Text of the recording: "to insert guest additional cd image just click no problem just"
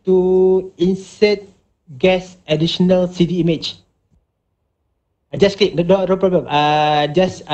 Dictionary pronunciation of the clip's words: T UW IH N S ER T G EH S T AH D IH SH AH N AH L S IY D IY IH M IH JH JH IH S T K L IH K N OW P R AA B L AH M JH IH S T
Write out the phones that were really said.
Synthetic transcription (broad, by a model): T UW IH N S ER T G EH S AH D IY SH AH N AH L S IY D IY M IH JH JH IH S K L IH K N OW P R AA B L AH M JH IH S